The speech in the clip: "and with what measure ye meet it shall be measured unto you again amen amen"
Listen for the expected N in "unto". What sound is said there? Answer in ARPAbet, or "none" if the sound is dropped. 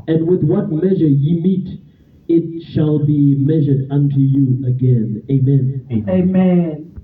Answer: N